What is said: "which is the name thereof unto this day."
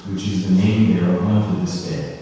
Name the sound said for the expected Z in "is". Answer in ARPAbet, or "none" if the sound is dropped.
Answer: Z